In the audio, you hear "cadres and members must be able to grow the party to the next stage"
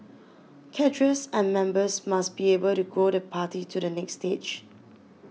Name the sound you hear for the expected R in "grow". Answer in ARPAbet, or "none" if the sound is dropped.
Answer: none